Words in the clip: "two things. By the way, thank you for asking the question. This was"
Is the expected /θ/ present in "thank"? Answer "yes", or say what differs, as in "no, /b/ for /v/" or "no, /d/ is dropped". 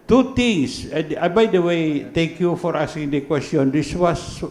no, /t/ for /θ/